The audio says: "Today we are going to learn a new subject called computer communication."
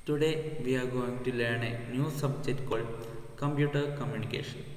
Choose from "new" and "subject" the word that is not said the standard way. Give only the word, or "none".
subject